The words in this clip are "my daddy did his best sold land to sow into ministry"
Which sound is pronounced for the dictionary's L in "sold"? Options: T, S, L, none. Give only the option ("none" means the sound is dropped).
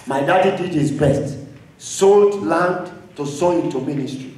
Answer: L